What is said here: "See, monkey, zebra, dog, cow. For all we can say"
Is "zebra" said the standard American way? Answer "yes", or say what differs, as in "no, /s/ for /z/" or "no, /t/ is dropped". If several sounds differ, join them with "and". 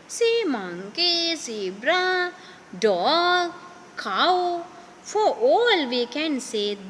no, /s/ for /z/